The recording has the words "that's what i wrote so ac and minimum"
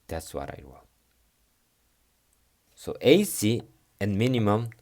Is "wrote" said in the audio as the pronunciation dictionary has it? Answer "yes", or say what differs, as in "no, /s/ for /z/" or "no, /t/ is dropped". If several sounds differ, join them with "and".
no, /w/ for /ɹ/